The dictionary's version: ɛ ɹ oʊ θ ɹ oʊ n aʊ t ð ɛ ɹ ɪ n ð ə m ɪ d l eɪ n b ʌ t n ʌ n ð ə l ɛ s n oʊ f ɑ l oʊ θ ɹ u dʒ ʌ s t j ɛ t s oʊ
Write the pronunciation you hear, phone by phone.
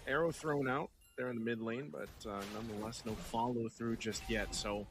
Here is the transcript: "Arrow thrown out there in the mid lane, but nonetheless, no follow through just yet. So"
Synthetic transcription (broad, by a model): ɛ ɹ oʊ θ ɹ oʊ n aʊ t ð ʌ ɹ ɪ n ð ə m ɪ d l eɪ n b ʌ t n ʌ n ð ə l ɛ s n oʊ f ɑ l oʊ θ ɹ u dʒ ʌ s t j ɛ t s oʊ